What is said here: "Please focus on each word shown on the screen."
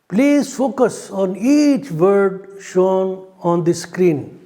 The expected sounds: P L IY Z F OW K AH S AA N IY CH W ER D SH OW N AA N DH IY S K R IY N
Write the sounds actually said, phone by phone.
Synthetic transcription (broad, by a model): P L IY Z F OW K AH S AA N IY CH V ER D SH OW N AA N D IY S K R IY N